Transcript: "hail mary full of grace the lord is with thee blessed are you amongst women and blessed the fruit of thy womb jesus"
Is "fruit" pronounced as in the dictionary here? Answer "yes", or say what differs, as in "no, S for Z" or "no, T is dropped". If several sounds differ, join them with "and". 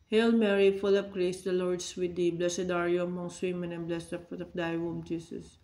no, R is dropped